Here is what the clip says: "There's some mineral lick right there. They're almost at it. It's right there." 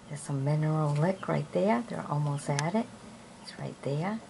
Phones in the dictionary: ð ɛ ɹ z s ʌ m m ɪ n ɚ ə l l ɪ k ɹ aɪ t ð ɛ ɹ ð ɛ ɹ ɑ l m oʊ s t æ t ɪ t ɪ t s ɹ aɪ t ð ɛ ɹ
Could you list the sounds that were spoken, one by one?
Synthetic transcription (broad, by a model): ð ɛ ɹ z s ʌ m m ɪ n ɚ l l ɪ k ɹ aɪ t ð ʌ ɹ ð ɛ ɹ ɑ l m oʊ s t æ t ɪ t ɪ t s ɹ aɪ t ð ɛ ɹ